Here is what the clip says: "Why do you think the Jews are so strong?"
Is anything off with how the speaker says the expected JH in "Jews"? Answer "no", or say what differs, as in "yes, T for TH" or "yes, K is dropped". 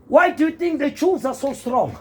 yes, CH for JH